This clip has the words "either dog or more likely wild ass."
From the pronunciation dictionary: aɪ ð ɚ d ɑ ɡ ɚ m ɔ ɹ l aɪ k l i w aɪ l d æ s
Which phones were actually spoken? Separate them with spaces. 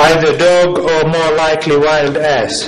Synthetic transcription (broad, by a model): aɪ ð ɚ d ɑ ɡ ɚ m ɔ ɹ l aɪ k l i w aɪ l d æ s